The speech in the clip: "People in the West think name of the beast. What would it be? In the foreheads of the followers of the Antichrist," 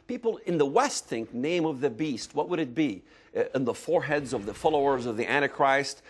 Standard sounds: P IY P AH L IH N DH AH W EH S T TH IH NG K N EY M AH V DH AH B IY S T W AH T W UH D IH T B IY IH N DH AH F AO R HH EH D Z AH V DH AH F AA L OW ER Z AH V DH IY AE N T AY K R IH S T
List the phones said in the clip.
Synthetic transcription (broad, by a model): P IY P L IH N DH AH W EH S T TH IH NG K N EY M AH V DH AH B IY S T W AH T W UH D IH T B IY IH N DH AH F AO R HH EH D Z AH V DH AH F AA L OW ER Z AH V DH IY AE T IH K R IH S T